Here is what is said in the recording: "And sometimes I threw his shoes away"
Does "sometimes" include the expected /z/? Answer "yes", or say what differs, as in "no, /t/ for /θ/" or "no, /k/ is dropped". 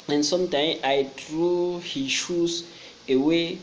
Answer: no, /z/ is dropped